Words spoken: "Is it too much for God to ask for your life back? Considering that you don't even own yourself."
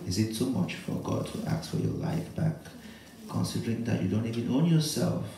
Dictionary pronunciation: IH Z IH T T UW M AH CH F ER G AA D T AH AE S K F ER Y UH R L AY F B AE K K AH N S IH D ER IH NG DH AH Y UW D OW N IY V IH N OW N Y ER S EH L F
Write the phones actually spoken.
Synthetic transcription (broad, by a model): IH Z IH T S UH M AH CH F ER G AA D T AH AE K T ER Y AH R L AY F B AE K K AH N S IH D ER IH NG DH AH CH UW D OW N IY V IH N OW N Y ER S EH L F